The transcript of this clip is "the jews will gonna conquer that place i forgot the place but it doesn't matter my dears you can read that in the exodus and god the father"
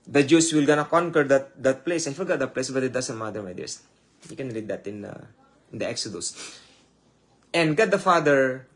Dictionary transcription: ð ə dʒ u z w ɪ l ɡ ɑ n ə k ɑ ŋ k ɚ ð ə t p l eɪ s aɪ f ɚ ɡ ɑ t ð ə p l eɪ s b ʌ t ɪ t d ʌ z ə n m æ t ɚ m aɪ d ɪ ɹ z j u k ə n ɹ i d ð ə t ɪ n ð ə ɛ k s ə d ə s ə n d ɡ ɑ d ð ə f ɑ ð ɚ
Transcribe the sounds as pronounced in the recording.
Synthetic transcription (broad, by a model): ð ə dʒ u s w ɪ l ɡ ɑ n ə k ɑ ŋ k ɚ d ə t p l eɪ s aɪ f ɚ ɡ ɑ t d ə p l eɪ s b ʌ t ɪ t d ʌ s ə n m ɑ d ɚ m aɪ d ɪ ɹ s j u k ə n ɹ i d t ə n ɪ n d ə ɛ k s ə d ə s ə n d ɡ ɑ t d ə f ɑ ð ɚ